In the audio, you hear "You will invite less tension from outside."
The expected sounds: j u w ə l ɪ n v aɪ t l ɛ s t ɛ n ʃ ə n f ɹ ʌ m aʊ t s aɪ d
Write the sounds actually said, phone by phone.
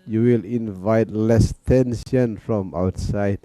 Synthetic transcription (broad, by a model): j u w ə l ɪ n v aɪ t l ɛ s t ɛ n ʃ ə n f ɹ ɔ m aʊ t s aɪ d